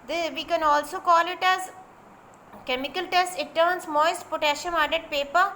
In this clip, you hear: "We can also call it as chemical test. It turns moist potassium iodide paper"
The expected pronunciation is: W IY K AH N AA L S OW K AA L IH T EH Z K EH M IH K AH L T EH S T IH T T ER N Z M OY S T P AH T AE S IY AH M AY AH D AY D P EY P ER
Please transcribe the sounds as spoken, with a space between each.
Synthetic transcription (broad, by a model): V IY K AH N AA L S OW K AA L IH T EH Z K EH M IH K AH L T EH S T IH T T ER N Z M OY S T P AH T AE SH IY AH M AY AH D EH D P EY P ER